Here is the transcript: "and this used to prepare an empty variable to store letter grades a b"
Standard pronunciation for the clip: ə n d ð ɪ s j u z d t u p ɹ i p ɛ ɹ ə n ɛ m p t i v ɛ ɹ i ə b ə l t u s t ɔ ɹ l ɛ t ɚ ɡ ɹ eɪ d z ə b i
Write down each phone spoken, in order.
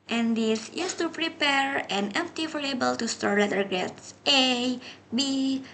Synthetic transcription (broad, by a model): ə n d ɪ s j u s t u p ɹ i p ɛ ɹ ə n ɛ m p t i f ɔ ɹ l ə b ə l t u s t ɔ ɹ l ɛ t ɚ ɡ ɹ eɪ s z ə b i